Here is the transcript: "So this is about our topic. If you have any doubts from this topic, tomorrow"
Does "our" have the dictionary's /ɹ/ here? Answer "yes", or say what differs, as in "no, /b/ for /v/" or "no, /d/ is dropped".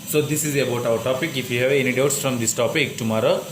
no, /w/ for /ɹ/